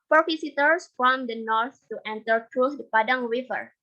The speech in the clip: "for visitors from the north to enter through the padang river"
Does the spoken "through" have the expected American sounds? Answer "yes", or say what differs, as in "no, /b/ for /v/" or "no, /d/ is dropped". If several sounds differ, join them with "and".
no, /t/ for /θ/